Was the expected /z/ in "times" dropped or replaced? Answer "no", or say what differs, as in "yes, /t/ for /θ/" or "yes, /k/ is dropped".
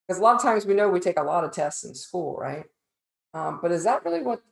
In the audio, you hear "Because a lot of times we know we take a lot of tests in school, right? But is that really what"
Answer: no